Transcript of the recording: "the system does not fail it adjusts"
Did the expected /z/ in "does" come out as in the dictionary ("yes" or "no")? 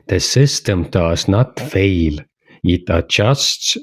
no